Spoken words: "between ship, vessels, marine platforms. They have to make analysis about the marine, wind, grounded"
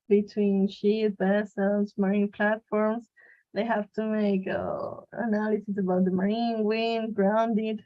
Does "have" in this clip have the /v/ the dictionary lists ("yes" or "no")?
no